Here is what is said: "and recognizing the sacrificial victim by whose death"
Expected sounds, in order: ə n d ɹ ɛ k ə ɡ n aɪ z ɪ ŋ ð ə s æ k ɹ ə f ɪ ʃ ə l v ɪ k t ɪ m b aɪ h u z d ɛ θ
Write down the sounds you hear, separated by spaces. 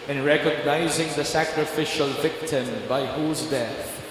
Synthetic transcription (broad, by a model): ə n ɹ ɛ k ə ɡ n aɪ z ɪ ŋ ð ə s æ k ɹ ə f ɪ ʃ ə l v ɪ k t ɪ m b aɪ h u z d ɛ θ